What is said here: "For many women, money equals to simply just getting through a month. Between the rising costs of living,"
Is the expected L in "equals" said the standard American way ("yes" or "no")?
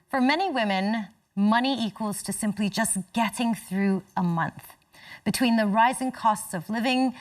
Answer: yes